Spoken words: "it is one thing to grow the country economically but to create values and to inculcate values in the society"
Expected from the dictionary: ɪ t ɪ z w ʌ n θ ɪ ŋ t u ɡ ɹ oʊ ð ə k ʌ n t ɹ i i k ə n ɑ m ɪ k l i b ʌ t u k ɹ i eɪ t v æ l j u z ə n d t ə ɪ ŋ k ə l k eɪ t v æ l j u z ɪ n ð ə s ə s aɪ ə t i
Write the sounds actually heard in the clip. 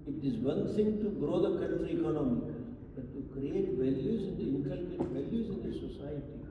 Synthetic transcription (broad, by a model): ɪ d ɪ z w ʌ n t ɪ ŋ t u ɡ ɹ oʊ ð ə k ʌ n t ɹ i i k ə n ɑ m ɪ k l b ʌ t u k ɹ i eɪ t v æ l j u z ə n d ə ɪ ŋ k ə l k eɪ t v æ l j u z ɪ n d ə s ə s aɪ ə t i